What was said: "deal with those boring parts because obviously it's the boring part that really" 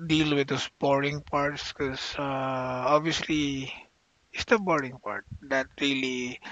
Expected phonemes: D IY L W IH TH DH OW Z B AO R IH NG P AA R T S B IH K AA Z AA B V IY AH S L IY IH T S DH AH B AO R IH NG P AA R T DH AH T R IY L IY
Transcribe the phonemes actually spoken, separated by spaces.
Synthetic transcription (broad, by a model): D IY L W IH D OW S B AO R IH NG P AA R T S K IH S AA AA B V IY AH S L IY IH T S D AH B AO R IH NG P AA R T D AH T R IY L IY